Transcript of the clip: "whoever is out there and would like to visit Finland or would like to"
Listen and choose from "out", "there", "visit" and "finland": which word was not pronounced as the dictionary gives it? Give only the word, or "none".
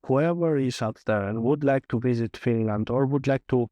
none